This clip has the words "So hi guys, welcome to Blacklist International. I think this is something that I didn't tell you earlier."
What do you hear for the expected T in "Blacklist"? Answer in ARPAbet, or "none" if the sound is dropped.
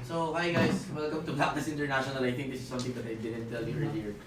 none